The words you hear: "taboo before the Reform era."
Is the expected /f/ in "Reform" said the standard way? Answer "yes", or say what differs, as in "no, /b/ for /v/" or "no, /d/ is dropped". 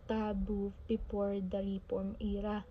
no, /p/ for /f/